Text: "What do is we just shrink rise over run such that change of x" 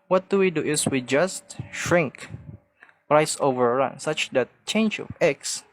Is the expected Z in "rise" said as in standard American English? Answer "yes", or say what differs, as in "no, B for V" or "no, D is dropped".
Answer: no, S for Z